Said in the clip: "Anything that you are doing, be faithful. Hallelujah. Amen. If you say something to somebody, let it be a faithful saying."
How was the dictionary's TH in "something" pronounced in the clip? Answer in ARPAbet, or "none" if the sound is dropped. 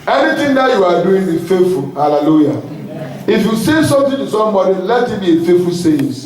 T